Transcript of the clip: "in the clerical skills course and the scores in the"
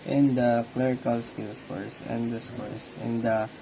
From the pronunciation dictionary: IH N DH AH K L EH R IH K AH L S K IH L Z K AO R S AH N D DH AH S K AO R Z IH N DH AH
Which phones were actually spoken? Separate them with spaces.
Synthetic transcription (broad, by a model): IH N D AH K L EH R IH K AH L S K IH L S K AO R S AH N D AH S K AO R S IH N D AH